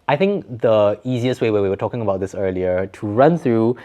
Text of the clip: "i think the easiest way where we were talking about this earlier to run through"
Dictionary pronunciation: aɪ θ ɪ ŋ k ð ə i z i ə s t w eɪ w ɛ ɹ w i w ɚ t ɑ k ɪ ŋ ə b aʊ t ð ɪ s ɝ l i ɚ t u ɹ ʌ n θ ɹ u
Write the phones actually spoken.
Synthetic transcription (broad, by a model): aɪ θ ɪ ŋ k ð ə i z i ə s t w eɪ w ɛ w i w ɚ t ɑ k ɪ ŋ ə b aʊ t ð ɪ s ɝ l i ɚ t u ɹ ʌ n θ ɹ u